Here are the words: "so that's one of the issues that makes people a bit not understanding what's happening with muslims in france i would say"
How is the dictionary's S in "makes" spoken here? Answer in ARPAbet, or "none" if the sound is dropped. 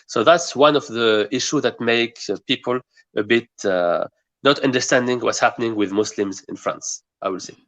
none